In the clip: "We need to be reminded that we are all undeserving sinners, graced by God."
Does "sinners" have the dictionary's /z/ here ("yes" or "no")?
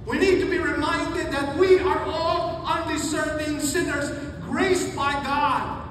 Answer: yes